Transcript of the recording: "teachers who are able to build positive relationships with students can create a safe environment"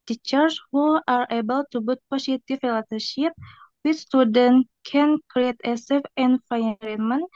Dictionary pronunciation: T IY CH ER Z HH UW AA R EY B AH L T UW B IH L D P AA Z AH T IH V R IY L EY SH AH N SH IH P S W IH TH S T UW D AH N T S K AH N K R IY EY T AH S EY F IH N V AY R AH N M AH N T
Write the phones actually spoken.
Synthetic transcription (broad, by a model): T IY CH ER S HH UW AA R EY B AH L T UW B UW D P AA S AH T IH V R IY L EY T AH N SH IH P W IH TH S T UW D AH N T K AH N K R IY EY T AH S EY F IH N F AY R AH M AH N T